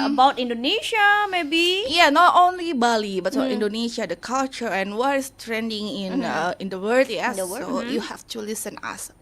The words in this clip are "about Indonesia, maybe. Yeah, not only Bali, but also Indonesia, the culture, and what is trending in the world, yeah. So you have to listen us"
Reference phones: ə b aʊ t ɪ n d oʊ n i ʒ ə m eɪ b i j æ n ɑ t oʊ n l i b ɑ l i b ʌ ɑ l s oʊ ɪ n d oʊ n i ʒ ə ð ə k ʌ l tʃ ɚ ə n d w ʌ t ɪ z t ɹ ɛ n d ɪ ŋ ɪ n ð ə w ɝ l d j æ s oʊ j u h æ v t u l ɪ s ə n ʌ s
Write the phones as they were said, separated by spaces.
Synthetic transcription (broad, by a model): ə b aʊ t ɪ n d oʊ n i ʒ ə m eɪ b i j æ n ɑ t oʊ n l i b ɑ l i b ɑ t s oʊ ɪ n d oʊ n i ʃ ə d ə k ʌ l tʃ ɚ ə n w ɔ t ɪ s t ɹ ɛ n d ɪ ŋ ɪ n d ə w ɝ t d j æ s oʊ j u h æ f t u l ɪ s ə n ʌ s